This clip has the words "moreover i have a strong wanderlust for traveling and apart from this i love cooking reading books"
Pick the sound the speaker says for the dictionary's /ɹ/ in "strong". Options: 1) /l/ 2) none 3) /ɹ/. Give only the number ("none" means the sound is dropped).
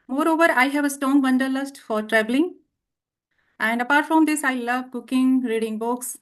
2